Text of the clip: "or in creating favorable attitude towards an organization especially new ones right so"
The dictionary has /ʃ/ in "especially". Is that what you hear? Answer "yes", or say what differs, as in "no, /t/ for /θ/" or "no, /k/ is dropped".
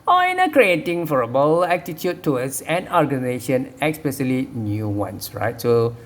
no, /s/ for /ʃ/